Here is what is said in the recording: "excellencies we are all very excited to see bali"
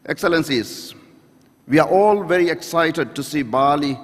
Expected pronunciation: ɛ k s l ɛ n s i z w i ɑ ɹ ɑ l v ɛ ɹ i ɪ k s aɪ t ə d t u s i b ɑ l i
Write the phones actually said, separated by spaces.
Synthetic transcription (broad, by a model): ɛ k s l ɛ n s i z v i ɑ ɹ ɑ l v ɛ ɹ i ɪ k s aɪ t ə d t u s i b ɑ l i